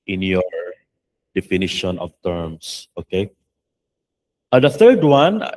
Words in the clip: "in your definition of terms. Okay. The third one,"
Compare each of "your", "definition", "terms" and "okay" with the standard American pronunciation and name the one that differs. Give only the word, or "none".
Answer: terms